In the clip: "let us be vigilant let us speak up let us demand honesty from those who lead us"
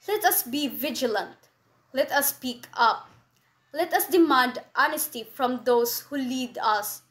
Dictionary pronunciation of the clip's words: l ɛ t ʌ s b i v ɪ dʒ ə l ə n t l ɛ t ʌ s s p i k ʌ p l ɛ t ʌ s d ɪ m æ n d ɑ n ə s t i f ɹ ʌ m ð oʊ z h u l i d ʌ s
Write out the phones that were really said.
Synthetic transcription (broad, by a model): l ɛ t ʌ s b i v ɪ dʒ ə l ə n t l ɛ t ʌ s s p i k ʌ p l ɛ t ʌ s d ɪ m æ n d ɑ n ə s t i f ɹ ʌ m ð oʊ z h u l i d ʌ s